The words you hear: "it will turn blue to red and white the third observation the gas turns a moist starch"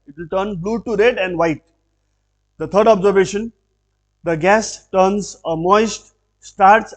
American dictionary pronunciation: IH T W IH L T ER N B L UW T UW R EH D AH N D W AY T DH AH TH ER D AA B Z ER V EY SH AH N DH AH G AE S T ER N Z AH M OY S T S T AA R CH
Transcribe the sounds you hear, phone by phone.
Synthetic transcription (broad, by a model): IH T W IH L T ER N B L UW T UW R EH D AH N D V AY T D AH T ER D AA B Z ER V EY SH AH N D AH G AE S T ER N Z AH M OY S T S T AA R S